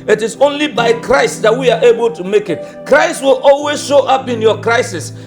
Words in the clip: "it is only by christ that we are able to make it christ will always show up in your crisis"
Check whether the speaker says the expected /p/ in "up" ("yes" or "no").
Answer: yes